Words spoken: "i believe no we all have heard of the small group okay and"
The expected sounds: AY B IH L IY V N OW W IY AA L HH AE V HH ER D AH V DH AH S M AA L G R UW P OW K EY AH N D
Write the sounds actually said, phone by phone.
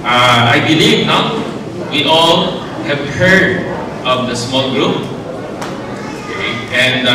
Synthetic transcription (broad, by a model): AY B IH L IY V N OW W IY AA L HH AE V HH ER D AH V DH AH S M AA L G R UW P OW K EY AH N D